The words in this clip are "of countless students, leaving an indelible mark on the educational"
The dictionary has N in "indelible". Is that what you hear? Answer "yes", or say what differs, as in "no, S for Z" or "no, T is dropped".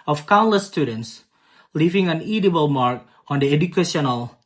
no, N is dropped